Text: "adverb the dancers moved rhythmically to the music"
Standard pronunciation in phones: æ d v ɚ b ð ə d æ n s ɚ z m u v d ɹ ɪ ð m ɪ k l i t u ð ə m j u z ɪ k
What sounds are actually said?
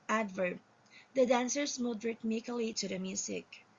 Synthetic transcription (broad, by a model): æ d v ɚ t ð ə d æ n s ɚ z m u d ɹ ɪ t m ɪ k l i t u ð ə m j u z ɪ k